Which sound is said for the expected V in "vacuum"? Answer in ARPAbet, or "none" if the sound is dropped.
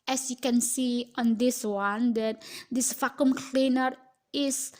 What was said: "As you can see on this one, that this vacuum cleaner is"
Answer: F